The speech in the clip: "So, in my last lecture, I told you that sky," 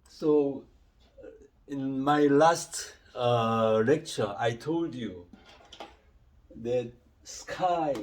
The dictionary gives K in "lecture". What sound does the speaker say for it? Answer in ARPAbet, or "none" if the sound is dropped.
K